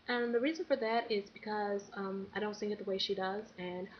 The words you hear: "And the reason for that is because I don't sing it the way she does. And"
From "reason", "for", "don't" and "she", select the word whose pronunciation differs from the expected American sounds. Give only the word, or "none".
none